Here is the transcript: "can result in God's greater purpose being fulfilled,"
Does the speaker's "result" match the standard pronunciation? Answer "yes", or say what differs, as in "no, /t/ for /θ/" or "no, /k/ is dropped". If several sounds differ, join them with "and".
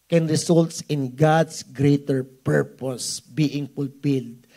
no, /s/ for /z/